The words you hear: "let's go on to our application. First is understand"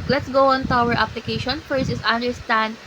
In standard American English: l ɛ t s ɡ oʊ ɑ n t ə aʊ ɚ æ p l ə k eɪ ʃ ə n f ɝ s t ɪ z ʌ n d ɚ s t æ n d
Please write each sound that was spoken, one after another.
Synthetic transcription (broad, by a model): l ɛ t s ɡ oʊ ɑ n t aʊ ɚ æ p l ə k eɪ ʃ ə n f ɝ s ɪ s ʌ n d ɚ s t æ n d